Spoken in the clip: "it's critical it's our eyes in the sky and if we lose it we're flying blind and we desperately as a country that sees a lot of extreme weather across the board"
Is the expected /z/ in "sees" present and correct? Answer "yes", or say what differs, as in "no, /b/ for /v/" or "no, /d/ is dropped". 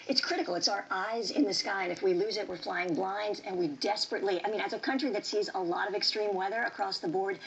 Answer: yes